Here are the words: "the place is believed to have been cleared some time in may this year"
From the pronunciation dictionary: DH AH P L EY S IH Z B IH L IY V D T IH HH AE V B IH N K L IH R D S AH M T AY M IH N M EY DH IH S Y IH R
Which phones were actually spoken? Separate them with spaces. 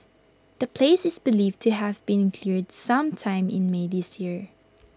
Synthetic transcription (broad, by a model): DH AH P L EY S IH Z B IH L IY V T IH HH AE V B IH N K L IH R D S AH M T AY M IH N M EY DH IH S Y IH R